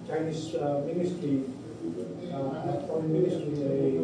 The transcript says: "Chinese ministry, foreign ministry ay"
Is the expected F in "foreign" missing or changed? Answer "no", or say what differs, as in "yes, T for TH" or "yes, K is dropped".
yes, P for F